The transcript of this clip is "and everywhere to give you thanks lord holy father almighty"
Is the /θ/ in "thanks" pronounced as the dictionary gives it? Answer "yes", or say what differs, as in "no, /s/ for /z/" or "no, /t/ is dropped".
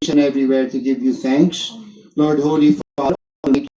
no, /t/ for /θ/